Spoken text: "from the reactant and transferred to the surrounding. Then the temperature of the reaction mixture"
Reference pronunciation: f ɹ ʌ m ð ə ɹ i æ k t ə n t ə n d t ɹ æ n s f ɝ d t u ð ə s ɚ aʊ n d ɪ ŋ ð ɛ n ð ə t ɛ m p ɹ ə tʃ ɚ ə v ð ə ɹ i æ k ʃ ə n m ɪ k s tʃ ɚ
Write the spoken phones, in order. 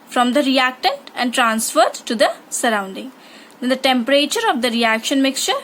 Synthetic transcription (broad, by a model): f ɹ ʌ m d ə ɹ i æ k t ə n t ə n d t ɹ æ n s f ɝ d t u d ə s ɚ aʊ n d ɪ ŋ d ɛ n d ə t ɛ m p ɹ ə tʃ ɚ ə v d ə ɹ i æ k ʃ ə n m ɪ k s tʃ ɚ